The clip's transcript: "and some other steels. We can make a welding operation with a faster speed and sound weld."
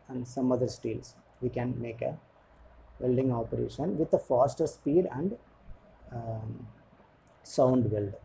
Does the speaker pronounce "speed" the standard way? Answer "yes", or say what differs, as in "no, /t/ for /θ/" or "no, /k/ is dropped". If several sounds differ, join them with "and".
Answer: yes